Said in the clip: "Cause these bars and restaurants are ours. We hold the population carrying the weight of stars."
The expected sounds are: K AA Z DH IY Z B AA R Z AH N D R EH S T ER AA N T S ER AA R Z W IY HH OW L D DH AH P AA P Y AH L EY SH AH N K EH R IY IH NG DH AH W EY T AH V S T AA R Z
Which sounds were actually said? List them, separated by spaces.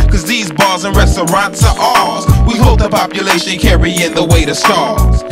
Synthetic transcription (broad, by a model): K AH Z DH IY Z B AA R Z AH N R EH S T ER AA N T S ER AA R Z W IY HH OW L D DH AH P AA P Y AH L EY SH AH N K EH R IY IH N DH AH W EY T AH S T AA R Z